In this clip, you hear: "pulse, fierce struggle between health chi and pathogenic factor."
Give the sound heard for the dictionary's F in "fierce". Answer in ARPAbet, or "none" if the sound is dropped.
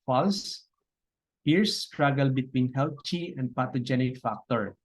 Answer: P